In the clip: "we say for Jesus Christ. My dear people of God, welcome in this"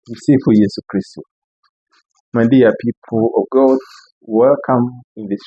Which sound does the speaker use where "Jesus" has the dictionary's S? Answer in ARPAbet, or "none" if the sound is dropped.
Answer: none